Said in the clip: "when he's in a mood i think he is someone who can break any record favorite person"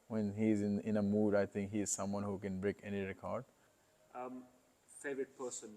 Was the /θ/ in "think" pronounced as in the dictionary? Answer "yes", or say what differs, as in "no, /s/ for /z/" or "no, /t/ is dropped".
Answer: no, /t/ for /θ/